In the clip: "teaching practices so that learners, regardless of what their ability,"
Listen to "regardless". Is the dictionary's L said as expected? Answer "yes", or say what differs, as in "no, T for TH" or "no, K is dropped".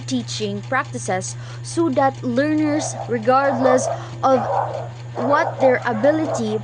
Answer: yes